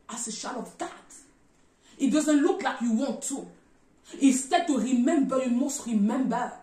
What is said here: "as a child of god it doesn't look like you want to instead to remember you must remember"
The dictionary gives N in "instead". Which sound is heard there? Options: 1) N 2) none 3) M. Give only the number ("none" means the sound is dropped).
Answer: 2